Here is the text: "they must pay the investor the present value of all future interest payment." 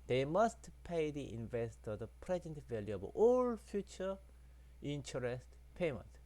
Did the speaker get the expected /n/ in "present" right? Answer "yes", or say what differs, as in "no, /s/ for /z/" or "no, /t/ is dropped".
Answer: yes